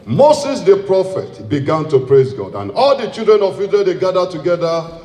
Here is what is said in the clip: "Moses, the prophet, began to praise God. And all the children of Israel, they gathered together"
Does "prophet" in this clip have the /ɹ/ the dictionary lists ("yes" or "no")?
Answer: yes